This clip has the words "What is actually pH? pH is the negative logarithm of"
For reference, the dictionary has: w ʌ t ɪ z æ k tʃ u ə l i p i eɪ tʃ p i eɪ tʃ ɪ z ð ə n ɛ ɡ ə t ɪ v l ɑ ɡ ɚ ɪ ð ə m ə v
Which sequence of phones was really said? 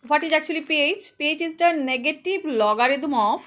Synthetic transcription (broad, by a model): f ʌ t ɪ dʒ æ k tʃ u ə l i p i eɪ tʃ p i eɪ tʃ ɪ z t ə n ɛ ɡ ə t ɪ b l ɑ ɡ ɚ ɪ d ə m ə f